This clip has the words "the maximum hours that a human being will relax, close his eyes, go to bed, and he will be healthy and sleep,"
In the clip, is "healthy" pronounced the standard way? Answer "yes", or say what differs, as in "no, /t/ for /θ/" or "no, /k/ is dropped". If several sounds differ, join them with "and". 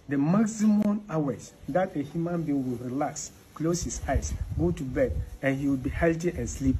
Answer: no, /t/ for /θ/